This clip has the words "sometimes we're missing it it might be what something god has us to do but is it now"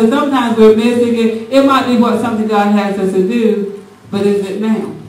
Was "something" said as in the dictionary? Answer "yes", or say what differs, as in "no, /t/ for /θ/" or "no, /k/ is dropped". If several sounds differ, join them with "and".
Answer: no, /t/ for /θ/